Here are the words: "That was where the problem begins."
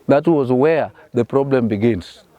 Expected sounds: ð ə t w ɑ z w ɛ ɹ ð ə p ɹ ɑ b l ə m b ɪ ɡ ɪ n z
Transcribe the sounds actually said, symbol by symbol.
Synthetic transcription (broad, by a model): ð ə t w ɑ z w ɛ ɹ ð ə p ɹ ɑ b l ə m b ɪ ɡ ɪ n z